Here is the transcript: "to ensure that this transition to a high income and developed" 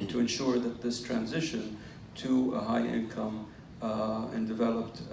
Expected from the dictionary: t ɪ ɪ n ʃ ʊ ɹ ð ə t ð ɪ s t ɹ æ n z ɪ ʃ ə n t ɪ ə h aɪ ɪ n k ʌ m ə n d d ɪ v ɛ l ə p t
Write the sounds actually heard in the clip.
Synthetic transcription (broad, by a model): t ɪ ɪ n ʃ ʊ ɹ ð ə t ð ɪ s t ɹ æ n z ɪ ʃ ə n t ɪ ə h aɪ ɪ n k ʌ m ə n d d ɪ v ɛ l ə p t